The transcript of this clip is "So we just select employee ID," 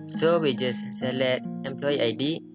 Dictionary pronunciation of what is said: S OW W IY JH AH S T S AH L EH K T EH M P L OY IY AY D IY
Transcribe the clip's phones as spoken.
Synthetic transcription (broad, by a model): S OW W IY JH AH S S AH L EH T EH M P L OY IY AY D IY